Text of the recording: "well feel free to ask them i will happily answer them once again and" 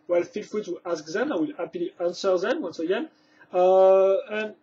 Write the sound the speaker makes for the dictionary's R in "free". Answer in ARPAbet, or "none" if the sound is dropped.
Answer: none